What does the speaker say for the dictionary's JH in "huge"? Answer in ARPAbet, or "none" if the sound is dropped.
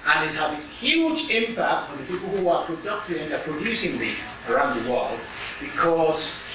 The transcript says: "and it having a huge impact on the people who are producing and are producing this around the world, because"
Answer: JH